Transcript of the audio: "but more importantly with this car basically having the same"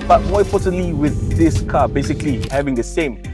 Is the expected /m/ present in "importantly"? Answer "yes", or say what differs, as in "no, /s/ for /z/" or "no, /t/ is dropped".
no, /m/ is dropped